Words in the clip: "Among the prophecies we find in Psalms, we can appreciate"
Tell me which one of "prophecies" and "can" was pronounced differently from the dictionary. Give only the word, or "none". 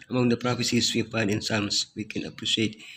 prophecies